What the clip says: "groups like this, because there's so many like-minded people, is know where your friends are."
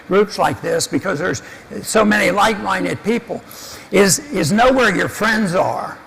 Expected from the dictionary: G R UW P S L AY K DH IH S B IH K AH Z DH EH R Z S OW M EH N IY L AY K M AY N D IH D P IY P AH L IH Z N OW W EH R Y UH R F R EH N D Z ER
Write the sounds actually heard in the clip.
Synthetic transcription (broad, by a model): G R UW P S L AY K DH IH S B IH K AH Z DH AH R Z S OW M EH N IY L AY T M AY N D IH D P IY P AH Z IH Z N OW W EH R Y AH R F R EH N D Z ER